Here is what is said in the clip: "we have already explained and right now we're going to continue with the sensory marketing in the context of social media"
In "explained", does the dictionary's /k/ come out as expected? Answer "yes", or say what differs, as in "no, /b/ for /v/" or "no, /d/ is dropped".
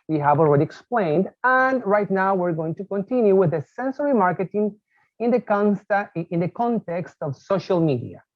yes